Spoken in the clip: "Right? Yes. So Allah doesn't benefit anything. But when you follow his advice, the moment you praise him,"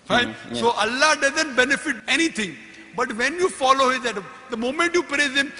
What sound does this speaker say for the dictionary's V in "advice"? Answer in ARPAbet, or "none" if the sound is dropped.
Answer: none